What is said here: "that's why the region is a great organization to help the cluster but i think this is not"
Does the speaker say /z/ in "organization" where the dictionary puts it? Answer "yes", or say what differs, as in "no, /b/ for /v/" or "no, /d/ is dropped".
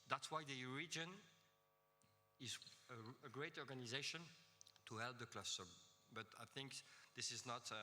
yes